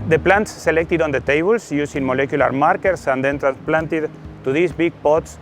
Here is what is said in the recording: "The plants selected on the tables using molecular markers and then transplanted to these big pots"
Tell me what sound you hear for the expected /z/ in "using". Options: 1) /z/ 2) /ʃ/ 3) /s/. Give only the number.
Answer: 3